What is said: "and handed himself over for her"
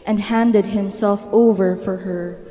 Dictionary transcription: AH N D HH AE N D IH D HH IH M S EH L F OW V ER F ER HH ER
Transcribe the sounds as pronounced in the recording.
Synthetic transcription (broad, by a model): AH N D HH AE N D IH D HH IH M S EH L F OW V ER F ER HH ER